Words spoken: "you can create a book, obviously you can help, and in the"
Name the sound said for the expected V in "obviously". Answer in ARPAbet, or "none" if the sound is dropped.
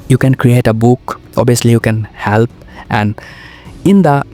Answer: none